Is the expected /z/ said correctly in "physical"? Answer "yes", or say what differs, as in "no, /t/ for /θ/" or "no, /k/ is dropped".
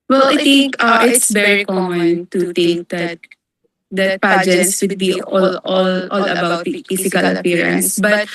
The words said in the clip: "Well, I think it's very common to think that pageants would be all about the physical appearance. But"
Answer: no, /s/ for /z/